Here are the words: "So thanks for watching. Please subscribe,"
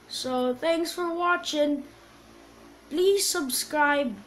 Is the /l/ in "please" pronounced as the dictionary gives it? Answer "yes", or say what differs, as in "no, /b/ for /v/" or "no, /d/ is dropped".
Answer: yes